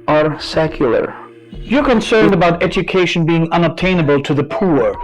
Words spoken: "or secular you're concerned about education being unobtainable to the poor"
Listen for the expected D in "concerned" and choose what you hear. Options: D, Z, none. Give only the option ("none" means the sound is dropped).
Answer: D